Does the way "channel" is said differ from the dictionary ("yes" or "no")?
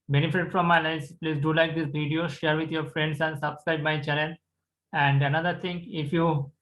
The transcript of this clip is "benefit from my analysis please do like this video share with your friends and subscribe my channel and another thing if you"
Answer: yes